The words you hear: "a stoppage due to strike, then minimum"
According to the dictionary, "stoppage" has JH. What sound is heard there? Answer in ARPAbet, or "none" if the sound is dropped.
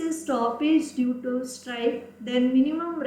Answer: JH